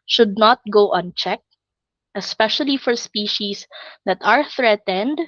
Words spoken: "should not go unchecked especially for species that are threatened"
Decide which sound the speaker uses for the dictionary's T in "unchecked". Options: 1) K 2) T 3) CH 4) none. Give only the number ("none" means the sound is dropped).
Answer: 2